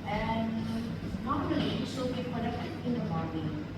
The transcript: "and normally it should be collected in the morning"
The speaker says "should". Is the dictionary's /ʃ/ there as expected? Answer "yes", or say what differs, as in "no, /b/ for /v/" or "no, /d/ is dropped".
no, /s/ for /ʃ/